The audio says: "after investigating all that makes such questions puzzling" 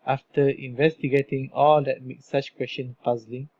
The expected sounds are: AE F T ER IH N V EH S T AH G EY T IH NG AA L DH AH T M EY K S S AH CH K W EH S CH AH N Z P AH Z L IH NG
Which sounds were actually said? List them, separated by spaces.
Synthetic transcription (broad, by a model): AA F T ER IH N V EH S T AH G EY T IH NG AA L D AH T M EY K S S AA CH K W EH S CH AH N P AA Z L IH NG